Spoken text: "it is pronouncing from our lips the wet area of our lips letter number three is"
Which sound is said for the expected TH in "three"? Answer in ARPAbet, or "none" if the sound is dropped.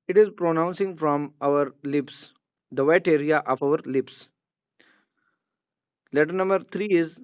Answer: T